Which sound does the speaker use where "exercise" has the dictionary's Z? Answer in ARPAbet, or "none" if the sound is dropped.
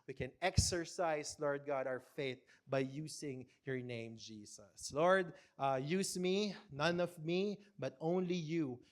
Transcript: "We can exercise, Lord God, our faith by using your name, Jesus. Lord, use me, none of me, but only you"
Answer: S